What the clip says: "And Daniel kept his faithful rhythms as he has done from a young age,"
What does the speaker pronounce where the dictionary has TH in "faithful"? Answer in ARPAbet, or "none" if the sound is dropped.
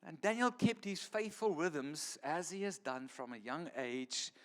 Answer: TH